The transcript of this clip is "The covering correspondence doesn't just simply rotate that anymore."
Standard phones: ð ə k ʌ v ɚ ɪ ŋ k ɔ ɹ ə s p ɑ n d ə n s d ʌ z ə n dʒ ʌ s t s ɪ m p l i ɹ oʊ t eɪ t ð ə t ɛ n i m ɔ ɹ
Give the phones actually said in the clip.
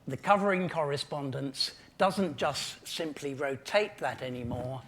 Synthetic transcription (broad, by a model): ð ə k ʌ v ɚ ɪ ŋ k ɔ ɹ ə s p ɑ n d ə n s d ʌ z ə n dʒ ʌ s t s ɪ m p l i ɹ oʊ t eɪ t ð ə t ɛ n i m ɔ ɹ